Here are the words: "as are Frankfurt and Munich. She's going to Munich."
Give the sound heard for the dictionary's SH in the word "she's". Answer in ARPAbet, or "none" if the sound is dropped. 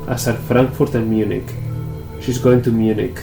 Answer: SH